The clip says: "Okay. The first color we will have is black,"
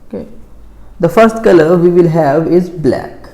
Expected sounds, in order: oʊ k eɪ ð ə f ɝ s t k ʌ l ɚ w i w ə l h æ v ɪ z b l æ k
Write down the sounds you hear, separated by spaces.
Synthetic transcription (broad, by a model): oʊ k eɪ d ə f ɝ s t k ʌ l ɚ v i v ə l h æ v ɪ z b l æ k